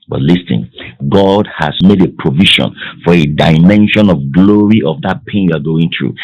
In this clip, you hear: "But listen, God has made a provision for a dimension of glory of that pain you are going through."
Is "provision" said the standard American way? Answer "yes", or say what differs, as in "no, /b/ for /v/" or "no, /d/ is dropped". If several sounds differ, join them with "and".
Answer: no, /ʃ/ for /ʒ/